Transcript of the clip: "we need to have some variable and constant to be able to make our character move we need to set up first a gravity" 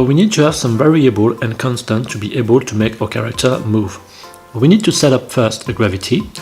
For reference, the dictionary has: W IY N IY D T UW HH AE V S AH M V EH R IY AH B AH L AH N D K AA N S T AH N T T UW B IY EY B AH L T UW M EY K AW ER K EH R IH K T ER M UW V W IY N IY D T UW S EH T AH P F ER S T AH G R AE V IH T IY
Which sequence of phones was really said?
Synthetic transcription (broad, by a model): W IY N IY D T UW HH AE V S AH M V EH R IY AH B AH L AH N K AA N S T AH N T T UW B IY EY B AH L T UW M EY K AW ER K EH R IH K T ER M UW V W IY N IY D T UW S EH T AH P F ER S T AH G R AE V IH T IY